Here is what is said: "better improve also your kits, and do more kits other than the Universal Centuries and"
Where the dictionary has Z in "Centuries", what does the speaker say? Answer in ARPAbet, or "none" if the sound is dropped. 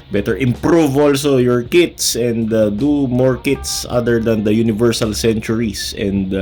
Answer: S